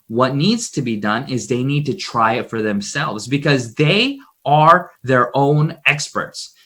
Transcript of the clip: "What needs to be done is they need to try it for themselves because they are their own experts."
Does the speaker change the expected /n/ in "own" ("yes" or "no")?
no